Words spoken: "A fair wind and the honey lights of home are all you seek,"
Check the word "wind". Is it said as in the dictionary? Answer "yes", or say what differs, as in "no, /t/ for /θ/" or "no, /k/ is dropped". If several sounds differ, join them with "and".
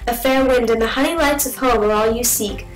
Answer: yes